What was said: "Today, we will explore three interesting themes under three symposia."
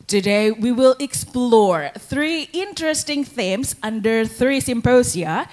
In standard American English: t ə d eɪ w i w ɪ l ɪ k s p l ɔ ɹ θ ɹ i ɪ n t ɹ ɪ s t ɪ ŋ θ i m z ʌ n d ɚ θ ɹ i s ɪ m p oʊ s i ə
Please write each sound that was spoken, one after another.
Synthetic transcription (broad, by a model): t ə d eɪ w i w ɪ l ɪ k s p l ɔ ɹ θ ɹ i ɪ n t ɹ ɪ s t ɪ ŋ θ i m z ʌ n d ɚ θ ɹ i s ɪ m p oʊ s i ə